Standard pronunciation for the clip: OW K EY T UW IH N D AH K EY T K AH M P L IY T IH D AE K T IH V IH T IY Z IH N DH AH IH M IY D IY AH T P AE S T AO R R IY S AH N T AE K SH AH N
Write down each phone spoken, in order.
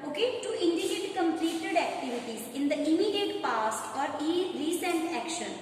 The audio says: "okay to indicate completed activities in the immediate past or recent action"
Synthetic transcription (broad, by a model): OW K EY T UW IH N D AH K EY T K AH M P L IY T IH D AE K T IH V IH T IY Z IH N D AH IH M IY D IY AH T P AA S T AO R R IY S AH N T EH K SH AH N